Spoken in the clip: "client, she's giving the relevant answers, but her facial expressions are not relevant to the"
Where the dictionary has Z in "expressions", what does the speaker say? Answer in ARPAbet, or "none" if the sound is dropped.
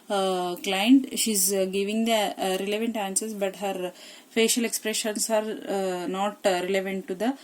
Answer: S